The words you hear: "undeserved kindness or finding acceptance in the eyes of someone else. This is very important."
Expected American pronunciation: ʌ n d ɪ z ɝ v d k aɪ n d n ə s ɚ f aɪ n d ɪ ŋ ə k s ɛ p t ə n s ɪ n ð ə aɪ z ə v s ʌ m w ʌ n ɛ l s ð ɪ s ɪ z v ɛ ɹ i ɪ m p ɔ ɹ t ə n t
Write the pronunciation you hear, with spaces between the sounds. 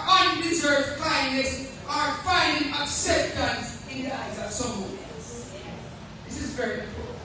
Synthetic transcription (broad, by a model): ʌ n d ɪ z ɝ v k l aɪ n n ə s ɚ f aɪ n d ɪ ŋ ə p s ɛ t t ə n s ɪ n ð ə aɪ z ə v s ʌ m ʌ ɛ s ð ɪ s ɪ z v ɛ ɹ i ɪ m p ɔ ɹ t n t